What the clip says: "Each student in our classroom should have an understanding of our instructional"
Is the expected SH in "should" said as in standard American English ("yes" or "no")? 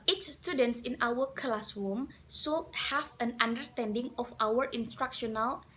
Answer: no